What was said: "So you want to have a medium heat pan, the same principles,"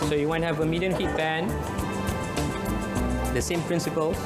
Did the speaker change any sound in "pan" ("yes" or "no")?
yes